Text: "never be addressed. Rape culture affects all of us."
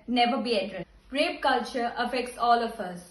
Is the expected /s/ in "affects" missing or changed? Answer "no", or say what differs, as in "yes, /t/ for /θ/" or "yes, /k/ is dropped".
no